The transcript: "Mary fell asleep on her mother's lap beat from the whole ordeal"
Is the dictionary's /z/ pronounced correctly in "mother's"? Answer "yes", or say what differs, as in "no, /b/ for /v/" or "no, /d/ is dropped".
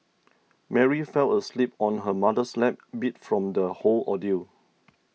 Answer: no, /s/ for /z/